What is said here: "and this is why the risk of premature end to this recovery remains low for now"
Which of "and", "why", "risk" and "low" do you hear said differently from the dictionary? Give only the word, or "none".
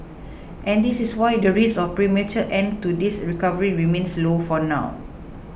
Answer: risk